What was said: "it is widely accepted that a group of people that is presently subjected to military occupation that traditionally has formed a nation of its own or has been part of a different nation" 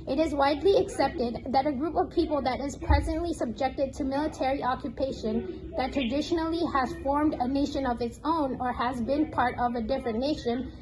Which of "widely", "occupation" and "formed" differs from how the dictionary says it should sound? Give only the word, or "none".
none